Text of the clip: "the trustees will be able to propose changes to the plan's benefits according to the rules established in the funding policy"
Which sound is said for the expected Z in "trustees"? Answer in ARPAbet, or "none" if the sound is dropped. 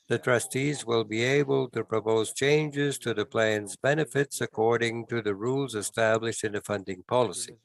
Z